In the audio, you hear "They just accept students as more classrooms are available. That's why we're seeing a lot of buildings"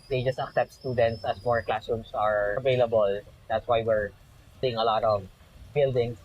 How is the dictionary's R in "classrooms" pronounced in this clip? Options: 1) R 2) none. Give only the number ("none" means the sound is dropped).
2